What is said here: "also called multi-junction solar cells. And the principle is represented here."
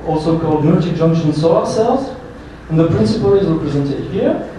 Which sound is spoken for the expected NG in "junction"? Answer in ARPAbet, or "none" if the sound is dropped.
NG